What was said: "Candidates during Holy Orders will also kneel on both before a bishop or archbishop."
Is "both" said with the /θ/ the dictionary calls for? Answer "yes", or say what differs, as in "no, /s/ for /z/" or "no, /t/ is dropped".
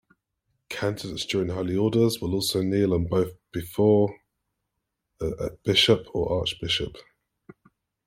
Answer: yes